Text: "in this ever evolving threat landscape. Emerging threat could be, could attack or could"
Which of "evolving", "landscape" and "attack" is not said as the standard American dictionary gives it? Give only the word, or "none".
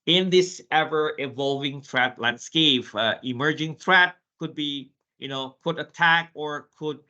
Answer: none